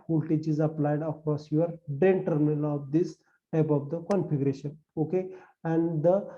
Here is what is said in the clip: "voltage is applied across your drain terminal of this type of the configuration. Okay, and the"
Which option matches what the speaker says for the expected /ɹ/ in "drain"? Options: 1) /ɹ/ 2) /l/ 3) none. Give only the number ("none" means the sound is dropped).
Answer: 3